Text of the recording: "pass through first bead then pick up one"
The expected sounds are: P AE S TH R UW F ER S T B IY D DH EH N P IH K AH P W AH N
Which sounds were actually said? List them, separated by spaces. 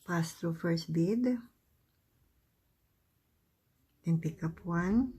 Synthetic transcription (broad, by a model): P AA S T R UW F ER S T B IY D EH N P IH K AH P W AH N